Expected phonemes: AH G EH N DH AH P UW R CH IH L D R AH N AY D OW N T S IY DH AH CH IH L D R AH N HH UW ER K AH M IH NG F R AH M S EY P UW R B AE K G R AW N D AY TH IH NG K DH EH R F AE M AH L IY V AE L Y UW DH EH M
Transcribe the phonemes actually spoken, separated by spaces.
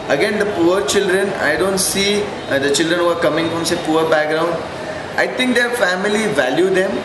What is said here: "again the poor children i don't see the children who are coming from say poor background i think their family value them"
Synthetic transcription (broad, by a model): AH G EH N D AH P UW R CH IH L D R AH N AY D OW N T S IY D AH CH IH L D R AH N HH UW ER K AH M IH NG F R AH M S EY P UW R B AE K G R AW N D AY T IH NG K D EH R F AE M AH L IY V AE L Y UW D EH M